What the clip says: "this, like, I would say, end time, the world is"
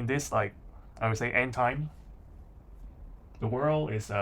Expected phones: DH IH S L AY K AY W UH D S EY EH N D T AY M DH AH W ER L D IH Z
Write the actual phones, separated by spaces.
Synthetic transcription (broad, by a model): DH IH S L AY K AY W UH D S EY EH N T AY M DH AH W ER L D IH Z